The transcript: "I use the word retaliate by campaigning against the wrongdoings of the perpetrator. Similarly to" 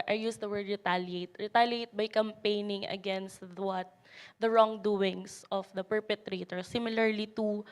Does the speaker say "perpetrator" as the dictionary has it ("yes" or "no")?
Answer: yes